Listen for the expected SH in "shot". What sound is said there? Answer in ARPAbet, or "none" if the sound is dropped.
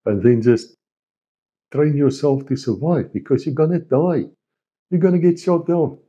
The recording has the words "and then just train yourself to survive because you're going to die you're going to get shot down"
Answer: S